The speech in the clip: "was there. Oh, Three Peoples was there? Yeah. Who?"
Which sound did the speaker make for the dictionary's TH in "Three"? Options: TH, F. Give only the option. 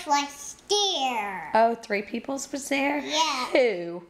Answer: TH